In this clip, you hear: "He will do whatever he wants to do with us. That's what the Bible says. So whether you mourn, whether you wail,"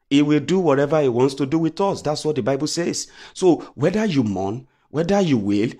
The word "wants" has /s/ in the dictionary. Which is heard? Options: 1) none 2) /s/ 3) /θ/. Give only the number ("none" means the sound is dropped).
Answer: 2